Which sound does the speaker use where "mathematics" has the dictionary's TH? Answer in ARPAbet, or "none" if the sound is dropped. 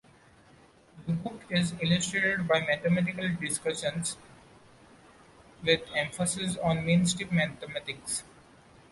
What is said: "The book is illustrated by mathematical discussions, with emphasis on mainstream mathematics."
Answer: T